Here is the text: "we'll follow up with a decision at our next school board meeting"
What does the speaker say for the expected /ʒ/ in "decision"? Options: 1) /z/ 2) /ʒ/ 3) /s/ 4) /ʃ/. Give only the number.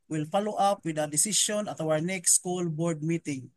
3